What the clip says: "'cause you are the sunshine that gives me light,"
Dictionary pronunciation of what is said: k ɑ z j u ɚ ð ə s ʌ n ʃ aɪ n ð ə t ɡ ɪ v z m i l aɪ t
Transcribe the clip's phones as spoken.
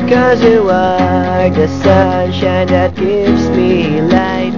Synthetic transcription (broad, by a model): k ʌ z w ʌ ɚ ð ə s ʌ n ʃ aɪ n ð ə t ɡ ɪ v z m i l aɪ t